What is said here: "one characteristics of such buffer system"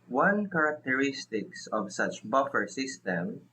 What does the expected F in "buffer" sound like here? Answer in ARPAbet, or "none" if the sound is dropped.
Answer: F